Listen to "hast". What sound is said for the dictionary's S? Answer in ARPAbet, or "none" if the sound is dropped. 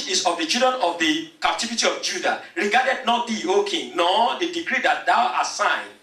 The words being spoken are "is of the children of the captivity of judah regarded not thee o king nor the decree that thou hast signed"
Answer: none